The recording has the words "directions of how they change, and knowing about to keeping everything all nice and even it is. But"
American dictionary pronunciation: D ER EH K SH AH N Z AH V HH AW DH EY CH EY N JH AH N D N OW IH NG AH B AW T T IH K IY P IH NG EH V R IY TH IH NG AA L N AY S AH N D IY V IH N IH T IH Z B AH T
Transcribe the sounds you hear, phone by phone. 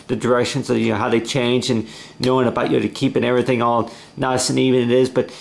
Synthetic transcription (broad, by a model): D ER EH K SH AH N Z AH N HH AW DH EY CH EY N JH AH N N OW IH NG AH B AW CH T IH K IY P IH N EH V R IY TH IH NG AA L N AY S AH N IY V IH N IH T IH Z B AH T